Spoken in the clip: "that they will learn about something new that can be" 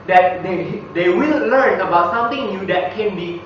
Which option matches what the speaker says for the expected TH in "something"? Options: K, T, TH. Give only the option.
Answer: T